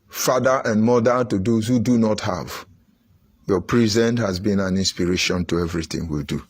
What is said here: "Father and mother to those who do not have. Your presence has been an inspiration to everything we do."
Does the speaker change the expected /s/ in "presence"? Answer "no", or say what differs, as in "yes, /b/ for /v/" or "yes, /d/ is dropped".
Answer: yes, /s/ is dropped